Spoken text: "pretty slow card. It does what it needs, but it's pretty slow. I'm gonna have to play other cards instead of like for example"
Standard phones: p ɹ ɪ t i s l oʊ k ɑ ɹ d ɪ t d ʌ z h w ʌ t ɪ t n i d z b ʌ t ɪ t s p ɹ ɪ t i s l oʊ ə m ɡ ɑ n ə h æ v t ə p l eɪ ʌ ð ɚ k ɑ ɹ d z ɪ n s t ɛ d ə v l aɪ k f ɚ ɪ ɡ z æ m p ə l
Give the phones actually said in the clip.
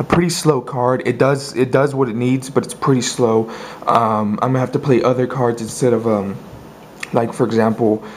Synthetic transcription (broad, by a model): p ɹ ɪ t i s l oʊ k ɑ ɹ d ɪ t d ʌ z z w ʌ t ɪ t n i d z b ʌ t ɪ t s p ɹ ɪ t i s l oʊ ə m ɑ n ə h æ f t ə p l eɪ ʌ ð ɚ k ɑ ɹ d z ɪ n s t ɛ d ə v l aɪ k f ɚ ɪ ɡ z æ m p l